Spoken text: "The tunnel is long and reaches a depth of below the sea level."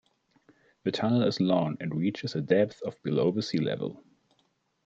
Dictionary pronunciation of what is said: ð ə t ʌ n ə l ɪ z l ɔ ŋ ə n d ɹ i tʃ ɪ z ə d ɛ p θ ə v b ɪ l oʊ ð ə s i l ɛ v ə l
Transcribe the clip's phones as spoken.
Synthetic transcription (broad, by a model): ð ə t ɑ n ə l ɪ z l ɔ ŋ ə n d ɹ i tʃ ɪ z ə d ɛ p θ ə v b ɪ l oʊ ð ə s i l ɛ v ə l